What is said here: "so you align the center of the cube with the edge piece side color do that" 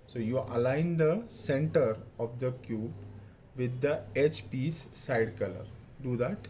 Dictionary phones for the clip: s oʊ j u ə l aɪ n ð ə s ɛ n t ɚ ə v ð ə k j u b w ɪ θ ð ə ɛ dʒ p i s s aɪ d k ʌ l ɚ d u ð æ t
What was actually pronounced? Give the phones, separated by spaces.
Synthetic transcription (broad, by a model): s oʊ j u ə l aɪ n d ə s ɛ n t ɚ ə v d ə k j u b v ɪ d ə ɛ tʃ p i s s aɪ d k ʌ l ɚ d u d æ t